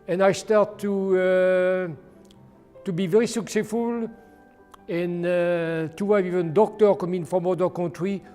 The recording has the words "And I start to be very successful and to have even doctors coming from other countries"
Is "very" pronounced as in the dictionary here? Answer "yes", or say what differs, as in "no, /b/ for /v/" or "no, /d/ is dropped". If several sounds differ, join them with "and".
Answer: yes